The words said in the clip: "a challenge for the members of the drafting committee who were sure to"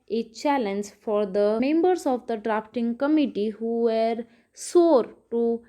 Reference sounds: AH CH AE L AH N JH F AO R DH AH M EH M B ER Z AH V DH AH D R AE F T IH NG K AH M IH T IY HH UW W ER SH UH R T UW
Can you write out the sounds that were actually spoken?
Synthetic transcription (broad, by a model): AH CH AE L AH N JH F AO R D AH M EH M B ER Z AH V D AH D R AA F T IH NG K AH M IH T IY HH UW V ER S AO R T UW